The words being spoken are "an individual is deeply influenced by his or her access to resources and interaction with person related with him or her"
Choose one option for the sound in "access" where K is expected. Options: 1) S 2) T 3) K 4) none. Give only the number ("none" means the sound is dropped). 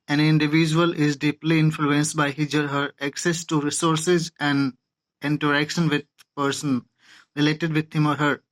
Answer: 3